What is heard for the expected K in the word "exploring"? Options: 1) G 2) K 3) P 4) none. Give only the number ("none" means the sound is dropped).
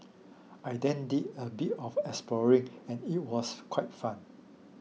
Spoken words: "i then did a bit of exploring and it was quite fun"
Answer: 4